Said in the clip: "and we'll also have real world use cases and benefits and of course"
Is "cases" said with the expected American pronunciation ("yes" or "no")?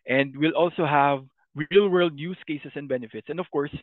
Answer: no